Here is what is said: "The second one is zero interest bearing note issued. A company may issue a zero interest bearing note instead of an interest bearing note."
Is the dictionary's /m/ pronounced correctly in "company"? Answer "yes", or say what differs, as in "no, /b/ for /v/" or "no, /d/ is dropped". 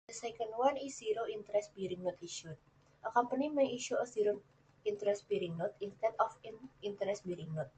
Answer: no, /m/ is dropped